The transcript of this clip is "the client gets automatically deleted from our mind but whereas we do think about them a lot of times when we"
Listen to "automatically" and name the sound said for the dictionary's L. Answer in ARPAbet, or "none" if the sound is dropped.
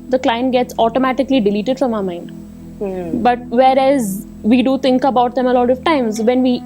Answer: L